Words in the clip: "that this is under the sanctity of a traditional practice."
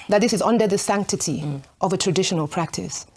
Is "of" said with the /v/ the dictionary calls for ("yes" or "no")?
yes